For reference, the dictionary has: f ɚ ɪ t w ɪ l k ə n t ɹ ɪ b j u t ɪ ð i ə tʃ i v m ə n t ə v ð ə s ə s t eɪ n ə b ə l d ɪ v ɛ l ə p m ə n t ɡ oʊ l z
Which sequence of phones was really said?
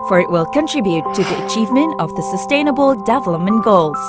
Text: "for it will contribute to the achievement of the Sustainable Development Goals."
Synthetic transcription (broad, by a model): f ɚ ɪ t w ɪ l k ə n t ɹ ɪ b j u t ɪ ð i ə tʃ i v m ə n t ə v ð ə s ə s t eɪ n ə b ə l d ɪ v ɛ l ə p m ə n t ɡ oʊ l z